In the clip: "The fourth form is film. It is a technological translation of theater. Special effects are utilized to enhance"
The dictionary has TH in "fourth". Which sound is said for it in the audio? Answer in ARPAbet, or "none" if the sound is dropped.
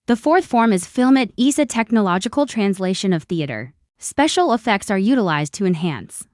TH